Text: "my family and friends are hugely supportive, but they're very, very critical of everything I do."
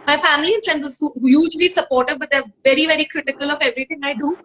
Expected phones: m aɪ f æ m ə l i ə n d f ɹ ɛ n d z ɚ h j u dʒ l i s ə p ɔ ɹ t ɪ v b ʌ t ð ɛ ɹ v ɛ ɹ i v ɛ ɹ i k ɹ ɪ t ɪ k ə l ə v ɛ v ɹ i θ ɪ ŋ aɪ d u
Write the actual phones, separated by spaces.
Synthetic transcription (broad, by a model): m aɪ f æ m ə l i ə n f ɹ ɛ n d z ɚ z j u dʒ l i s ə p ɔ ɹ t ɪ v b ʌ t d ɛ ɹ v ɛ ɹ i v ɛ ɹ i k ɹ ɪ t ɪ k ə l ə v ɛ v ɹ i t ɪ ŋ aɪ d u